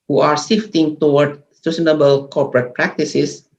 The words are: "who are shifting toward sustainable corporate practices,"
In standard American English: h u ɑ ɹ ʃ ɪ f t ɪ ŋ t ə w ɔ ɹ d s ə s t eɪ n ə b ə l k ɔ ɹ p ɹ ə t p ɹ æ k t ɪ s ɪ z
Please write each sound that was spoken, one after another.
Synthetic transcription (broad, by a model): h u ɑ ɹ s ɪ f t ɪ ŋ t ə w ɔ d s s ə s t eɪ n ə b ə l k ɔ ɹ p ɹ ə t p ɹ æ k t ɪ s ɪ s